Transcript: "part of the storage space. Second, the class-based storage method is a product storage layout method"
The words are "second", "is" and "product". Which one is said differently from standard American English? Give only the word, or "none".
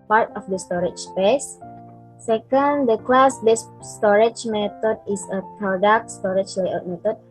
is